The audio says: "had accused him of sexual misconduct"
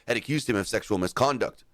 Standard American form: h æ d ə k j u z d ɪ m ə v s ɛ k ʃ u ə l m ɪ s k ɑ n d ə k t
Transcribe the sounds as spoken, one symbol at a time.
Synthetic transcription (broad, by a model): h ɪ d ə k j u z d ɪ m ə v s ɛ k ʃ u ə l m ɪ s k ɑ n d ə k t